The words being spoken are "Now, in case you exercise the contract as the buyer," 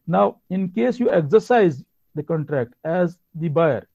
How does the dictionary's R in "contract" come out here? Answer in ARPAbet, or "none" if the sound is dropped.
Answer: R